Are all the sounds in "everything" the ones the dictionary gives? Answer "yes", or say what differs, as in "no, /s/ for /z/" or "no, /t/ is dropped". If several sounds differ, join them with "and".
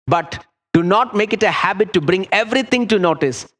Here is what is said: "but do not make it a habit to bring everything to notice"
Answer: no, /t/ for /θ/